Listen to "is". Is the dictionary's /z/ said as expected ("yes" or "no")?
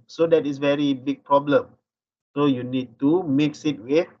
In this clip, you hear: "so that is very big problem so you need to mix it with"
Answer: no